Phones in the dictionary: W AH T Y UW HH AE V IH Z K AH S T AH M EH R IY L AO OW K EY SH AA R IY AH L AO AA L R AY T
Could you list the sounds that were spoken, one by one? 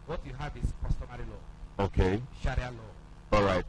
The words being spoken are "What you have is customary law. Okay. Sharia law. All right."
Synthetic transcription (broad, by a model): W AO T Y UW HH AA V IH S K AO S T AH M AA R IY L AO OW K EY SH AA R IY AH L AO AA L R AY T